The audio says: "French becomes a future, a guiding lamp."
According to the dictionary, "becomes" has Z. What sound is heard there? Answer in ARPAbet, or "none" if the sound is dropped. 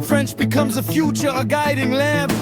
Z